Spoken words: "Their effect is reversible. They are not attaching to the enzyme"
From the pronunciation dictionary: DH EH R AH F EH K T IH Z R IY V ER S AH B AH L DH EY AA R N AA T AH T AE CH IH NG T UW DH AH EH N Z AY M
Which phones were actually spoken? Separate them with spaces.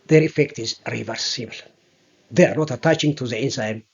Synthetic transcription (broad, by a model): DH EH R AH F EH K T IH Z R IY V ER S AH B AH L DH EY AA R N AA T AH T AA CH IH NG T UW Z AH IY N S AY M